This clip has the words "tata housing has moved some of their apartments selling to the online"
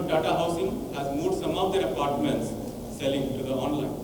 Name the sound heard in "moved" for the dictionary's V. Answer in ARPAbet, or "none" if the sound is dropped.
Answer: none